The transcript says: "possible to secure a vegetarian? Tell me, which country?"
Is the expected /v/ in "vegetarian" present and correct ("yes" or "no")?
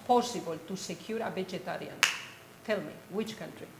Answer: no